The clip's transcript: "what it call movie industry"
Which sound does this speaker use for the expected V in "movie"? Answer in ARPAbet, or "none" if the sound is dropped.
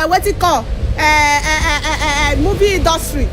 B